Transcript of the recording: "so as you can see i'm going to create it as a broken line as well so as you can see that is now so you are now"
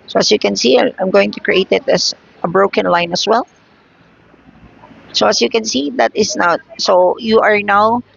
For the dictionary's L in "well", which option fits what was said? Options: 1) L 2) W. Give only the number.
1